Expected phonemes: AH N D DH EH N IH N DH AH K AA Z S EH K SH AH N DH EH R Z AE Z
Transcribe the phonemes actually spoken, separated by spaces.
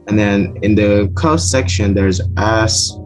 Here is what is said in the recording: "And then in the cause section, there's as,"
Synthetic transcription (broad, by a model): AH N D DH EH N IH N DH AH K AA S EH K SH AH N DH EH R Z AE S